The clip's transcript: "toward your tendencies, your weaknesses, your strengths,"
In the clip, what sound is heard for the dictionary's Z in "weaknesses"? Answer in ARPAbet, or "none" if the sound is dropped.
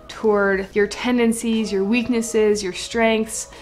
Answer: Z